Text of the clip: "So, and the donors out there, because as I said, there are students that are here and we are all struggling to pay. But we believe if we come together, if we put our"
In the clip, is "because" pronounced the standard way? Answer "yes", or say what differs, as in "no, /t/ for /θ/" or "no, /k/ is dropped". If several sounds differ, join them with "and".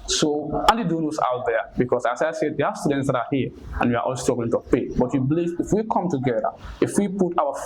no, /s/ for /z/